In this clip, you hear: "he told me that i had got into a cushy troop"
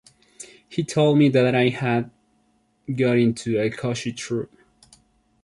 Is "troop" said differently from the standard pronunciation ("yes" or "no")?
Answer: no